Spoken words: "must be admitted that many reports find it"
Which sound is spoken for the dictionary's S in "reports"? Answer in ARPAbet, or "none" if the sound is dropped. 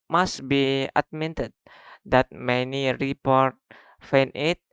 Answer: none